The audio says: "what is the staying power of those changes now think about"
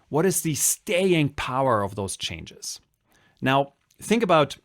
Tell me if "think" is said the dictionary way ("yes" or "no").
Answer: yes